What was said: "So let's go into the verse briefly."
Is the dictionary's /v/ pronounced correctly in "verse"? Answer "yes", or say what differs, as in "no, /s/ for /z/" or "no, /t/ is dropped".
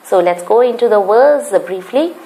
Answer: no, /w/ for /v/